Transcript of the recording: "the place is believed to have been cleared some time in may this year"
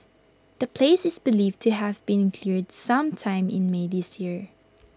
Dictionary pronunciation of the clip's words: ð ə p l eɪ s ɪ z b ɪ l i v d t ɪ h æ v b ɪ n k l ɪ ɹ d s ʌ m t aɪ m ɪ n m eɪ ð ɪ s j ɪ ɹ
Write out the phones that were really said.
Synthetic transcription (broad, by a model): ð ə p l eɪ s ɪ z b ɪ l i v t ɪ h æ v b ɪ n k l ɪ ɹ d s ʌ m t aɪ m ɪ n m eɪ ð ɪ s j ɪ ɹ